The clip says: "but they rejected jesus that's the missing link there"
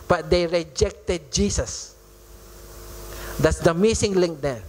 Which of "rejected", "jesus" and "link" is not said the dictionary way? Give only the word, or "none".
jesus